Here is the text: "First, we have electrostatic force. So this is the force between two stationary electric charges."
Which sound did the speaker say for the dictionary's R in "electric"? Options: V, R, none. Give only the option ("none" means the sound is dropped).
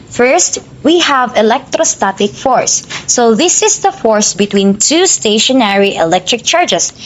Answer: R